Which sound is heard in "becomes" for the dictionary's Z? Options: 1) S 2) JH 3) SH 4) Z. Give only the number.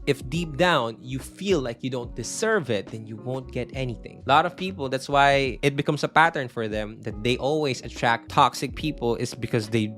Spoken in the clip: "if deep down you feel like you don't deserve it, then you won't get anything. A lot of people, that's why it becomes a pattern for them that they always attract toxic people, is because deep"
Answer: 1